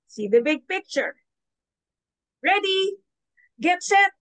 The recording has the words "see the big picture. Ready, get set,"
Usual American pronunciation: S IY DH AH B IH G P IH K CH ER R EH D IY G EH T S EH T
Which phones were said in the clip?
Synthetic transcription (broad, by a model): S IY DH AH B IH G P IH K CH ER R EH D IY G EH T S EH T